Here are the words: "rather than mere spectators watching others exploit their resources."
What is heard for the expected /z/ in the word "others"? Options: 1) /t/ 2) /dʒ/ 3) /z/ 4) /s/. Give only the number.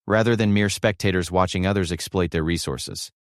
3